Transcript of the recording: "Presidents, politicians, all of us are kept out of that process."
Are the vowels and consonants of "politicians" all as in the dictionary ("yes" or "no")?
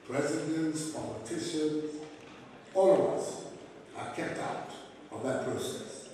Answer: no